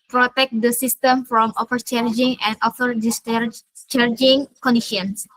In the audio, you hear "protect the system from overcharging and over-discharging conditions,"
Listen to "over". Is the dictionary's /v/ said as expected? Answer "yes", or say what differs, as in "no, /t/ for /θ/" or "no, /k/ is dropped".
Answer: no, /f/ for /v/